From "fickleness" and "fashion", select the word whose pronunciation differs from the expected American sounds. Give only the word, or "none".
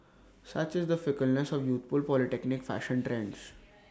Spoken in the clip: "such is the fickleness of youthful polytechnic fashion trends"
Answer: none